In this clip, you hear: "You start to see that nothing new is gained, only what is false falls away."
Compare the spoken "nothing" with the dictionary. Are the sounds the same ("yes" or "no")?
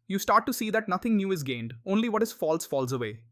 no